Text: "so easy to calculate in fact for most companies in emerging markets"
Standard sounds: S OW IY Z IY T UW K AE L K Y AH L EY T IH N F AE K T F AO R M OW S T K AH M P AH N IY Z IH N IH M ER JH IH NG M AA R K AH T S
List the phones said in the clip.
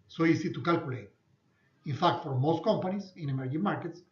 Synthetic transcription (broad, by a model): S OW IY S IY T UW K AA L K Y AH L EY T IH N F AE K T F AO R M OW S T K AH M P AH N IY S IH N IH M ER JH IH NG M AA R K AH T S